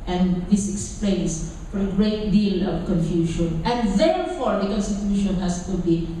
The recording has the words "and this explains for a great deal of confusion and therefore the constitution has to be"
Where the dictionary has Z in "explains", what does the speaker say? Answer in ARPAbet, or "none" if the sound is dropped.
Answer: S